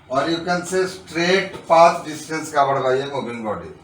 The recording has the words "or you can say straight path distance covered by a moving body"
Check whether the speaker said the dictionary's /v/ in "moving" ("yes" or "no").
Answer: no